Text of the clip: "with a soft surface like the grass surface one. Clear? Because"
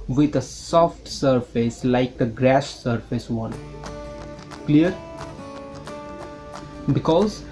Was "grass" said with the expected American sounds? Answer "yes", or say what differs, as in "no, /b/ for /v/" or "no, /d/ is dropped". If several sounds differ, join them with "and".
no, /ʃ/ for /s/